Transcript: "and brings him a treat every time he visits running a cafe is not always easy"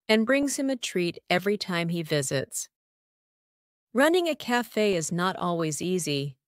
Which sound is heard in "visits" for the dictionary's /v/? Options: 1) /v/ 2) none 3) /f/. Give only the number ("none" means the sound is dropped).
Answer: 1